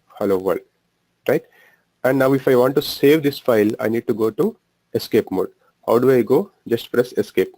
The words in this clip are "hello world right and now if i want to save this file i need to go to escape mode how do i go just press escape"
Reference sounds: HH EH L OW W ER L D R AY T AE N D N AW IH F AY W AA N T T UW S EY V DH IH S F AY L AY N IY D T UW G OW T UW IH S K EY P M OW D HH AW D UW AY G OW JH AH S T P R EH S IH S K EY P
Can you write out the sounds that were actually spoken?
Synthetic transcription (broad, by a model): HH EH L OW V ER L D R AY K AE N D N AW IH F AY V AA N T T UW S EY V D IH S F AY L AY N IY D T UW G OW T UW IH S K EY P M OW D HH AW D UW AY G OW JH AH S T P R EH S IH S K EY P